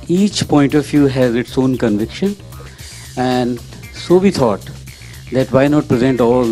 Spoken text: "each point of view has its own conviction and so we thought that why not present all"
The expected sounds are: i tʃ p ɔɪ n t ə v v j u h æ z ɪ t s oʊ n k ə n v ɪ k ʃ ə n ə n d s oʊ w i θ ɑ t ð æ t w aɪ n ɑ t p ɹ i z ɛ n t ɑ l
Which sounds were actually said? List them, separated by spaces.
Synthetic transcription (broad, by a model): i tʃ p ɔɪ n t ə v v j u h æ z ɪ t s oʊ n k ə n v ɪ k ʃ ə n ə n d s oʊ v i t ɑ t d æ t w aɪ n ɑ t p ɹ i z ɛ n t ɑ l